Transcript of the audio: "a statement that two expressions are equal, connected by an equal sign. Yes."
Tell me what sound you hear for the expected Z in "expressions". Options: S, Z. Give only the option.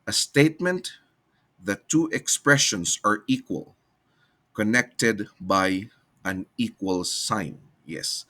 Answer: S